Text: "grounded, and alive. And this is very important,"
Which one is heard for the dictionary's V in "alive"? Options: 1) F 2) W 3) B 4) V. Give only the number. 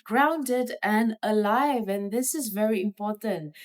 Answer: 4